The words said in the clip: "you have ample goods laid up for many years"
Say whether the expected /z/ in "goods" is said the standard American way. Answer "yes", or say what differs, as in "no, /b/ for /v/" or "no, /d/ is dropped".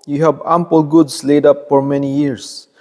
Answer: no, /s/ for /z/